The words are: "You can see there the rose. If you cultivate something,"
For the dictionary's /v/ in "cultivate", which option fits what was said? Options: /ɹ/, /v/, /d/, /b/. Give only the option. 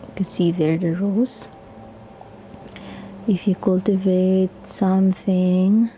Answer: /v/